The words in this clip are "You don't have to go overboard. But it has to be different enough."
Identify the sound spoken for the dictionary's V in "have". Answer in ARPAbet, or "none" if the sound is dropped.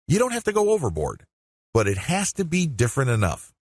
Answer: F